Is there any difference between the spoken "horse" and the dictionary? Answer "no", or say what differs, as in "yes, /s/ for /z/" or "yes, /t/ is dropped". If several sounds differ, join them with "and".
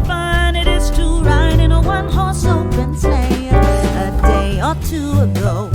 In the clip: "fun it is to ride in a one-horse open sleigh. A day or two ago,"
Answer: no